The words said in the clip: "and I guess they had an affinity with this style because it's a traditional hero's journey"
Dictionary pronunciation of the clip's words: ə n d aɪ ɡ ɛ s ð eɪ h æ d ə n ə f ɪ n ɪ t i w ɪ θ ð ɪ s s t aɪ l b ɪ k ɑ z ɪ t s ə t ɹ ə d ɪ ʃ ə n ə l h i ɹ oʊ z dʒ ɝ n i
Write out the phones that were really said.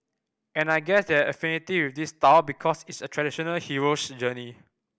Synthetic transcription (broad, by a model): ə n aɪ ɡ ɛ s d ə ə f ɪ n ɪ t i w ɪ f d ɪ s s t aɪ w b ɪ k ɑ s ɪ t s ə t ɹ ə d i ʃ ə n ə l h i ɹ oʊ s dʒ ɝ n i